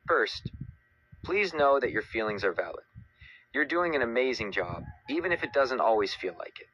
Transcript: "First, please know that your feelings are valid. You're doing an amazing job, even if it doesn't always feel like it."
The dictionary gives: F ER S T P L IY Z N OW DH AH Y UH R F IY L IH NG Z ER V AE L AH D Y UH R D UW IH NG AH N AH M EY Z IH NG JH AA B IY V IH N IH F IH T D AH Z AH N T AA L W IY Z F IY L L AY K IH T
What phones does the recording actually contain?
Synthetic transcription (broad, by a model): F ER S T P L IY Z N OW DH AH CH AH R F IY L IH NG Z ER V AE L AH D Y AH R D UW IH NG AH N AH M EY Z IH NG JH AA B IY V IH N IH F IH T D AH Z AH N T AA L W IY Z F IY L L AY K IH T